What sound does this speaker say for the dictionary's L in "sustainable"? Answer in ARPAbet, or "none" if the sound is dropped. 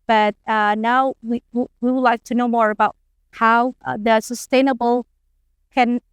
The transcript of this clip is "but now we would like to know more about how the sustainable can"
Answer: L